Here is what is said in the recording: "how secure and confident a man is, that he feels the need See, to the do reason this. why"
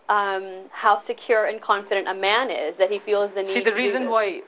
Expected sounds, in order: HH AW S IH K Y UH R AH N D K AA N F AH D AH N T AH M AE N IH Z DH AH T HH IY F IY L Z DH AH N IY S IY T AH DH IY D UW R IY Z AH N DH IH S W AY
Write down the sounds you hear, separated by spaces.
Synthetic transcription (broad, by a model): HH AW S IH K Y UH R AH N K AA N F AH D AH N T AH M AE N IH Z DH AH T HH IY F IY L Z DH AH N S IY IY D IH R IY Z AH N W AY